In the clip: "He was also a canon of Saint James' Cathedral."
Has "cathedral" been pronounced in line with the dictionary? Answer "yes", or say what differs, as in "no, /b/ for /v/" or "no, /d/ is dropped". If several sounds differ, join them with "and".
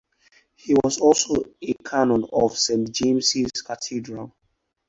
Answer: no, /t/ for /θ/